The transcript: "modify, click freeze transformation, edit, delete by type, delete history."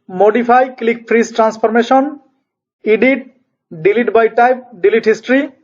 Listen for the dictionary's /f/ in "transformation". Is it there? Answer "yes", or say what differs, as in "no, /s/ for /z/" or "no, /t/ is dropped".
no, /p/ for /f/